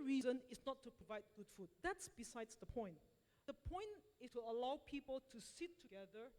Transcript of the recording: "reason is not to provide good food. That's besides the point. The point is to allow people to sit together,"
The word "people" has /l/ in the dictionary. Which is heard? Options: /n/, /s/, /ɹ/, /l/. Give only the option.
/l/